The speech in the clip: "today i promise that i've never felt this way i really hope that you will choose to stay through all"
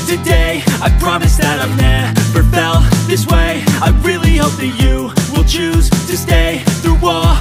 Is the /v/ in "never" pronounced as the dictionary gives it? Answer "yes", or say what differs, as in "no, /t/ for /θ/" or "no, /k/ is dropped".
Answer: no, /b/ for /v/